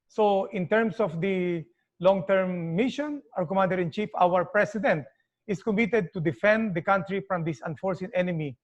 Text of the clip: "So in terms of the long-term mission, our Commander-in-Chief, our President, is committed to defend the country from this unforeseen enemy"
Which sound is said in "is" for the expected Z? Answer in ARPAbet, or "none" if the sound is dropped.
S